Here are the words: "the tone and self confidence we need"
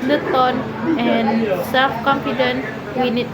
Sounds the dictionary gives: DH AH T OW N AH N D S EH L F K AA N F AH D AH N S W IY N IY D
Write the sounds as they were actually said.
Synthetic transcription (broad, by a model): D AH T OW N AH N S EH L F K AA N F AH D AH N W IY N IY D